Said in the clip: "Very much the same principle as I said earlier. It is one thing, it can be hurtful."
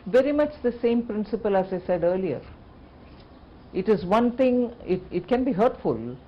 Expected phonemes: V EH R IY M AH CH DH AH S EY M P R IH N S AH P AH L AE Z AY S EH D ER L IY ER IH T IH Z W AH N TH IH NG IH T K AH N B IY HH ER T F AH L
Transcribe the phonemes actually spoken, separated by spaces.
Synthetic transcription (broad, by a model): V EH R IY M AH CH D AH S EY M P R IH N S AH P AH L AE Z AY S EH D ER L IY ER IH T IH Z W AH N T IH NG IH T K AH N B IY HH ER T F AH L